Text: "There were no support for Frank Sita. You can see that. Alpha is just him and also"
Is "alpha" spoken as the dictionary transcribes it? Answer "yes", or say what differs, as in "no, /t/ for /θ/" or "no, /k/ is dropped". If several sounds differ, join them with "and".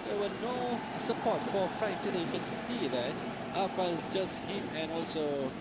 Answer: no, /l/ is dropped